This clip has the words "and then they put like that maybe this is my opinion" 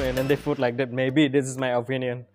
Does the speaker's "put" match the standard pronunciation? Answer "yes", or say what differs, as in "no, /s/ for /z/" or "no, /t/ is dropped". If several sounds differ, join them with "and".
no, /f/ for /p/